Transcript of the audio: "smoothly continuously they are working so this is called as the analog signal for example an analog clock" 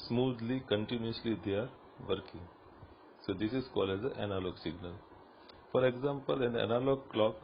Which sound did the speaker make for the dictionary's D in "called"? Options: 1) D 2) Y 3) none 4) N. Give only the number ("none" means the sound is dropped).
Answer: 3